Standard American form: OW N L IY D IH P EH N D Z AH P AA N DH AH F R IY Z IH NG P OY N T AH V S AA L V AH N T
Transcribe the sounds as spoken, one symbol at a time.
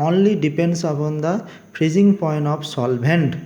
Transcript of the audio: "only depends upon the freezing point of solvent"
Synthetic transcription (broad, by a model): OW N L IY D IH P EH N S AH B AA N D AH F R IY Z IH NG P OY N T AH P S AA L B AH N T